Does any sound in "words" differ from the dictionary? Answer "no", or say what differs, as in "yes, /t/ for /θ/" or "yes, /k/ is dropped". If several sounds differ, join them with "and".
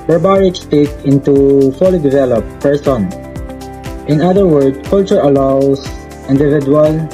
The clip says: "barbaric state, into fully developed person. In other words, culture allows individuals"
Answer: yes, /z/ is dropped